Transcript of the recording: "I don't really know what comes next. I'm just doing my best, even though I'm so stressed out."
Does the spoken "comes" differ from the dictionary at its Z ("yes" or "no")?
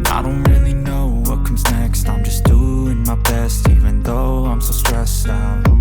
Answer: no